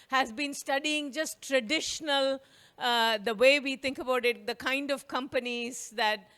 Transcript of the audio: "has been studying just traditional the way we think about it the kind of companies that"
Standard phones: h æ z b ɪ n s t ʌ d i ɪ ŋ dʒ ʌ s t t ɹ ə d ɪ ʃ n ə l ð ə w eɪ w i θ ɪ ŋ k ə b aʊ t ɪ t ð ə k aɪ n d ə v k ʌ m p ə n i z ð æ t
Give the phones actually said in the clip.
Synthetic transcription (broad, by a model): h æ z b ɪ n s t ʌ d i ɪ ŋ dʒ ʌ s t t ɹ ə d ɪ ʃ n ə l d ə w eɪ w i t ɪ ŋ k ə b aʊ t ɪ t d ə k aɪ n d ə v k ʌ m p ə n i z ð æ t